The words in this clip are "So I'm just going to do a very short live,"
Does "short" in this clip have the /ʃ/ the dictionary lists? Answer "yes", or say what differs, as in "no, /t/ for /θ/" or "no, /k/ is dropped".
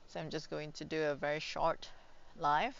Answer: yes